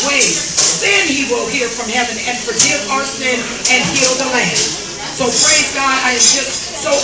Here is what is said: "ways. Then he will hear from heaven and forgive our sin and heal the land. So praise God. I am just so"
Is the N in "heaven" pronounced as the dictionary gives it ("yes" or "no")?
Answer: yes